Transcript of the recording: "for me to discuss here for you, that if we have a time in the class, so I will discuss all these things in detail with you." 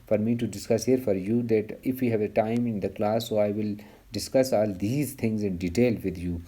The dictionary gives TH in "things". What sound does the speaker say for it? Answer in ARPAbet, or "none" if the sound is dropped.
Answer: T